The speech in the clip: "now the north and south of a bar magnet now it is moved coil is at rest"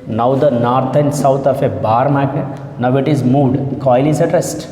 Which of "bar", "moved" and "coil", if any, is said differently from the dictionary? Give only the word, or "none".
moved